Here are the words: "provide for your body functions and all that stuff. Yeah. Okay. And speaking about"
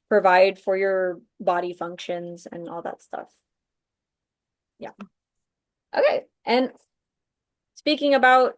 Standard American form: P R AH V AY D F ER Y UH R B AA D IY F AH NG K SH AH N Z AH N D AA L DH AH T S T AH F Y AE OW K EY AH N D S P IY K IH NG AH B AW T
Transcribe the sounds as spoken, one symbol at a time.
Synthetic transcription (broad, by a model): P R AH V AY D F ER Y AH R B AA D IY F AH NG K SH AH N Z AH N AA L DH AH T S T AH F Y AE OW K EY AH N S P IY K IH NG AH B AW T